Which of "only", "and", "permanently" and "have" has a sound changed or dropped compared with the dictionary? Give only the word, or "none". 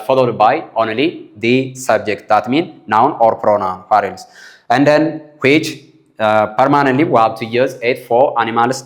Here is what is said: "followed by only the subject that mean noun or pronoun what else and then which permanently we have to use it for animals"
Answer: have